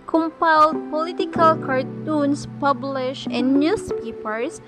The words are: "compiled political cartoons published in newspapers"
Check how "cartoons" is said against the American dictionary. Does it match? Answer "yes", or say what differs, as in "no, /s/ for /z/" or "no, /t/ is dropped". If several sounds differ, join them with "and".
no, /s/ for /z/